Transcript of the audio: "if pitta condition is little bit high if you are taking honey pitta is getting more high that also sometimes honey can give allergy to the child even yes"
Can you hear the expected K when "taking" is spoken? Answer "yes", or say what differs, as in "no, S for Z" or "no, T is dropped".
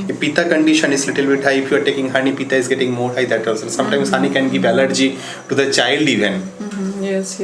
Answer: yes